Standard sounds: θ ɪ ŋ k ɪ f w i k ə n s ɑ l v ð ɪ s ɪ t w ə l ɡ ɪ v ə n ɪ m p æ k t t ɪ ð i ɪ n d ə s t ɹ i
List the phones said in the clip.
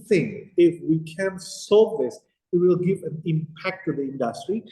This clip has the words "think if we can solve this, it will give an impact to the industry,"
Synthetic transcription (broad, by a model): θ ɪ ŋ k ɪ f w i k ə n s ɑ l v ð ɪ s ɪ t w ə l ɡ ɪ v ə n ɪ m p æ k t t ɪ ð i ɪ n d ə s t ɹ i